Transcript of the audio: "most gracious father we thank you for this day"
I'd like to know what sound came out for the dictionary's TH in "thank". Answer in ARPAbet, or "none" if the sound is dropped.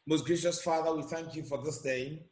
TH